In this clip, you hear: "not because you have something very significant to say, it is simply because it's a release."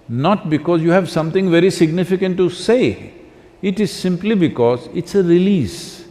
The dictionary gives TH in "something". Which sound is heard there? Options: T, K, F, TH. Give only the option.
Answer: T